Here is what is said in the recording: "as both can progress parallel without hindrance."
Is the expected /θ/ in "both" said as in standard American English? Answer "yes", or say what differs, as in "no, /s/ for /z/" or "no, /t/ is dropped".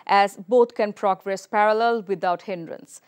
no, /t/ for /θ/